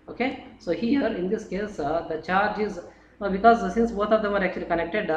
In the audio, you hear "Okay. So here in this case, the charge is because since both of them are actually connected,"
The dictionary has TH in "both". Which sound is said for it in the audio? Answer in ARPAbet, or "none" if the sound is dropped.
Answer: T